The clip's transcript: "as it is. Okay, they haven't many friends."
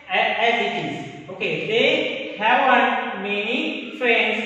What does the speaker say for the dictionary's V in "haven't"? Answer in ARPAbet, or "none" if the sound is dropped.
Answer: W